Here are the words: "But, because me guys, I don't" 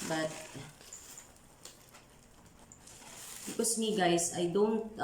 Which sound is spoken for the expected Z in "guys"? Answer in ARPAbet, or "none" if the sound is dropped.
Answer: S